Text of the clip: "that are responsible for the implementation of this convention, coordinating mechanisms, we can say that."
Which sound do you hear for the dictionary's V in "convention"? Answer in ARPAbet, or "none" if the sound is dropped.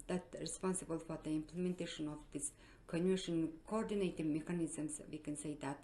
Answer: none